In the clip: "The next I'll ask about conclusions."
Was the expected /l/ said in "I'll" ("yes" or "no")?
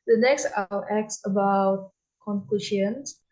no